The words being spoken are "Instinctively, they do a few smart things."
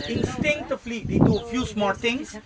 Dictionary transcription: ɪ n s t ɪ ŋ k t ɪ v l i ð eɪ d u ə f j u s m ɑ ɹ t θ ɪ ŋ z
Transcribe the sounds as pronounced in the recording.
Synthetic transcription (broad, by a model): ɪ n s t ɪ ŋ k t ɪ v l i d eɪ d u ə f j u s m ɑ l t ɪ ŋ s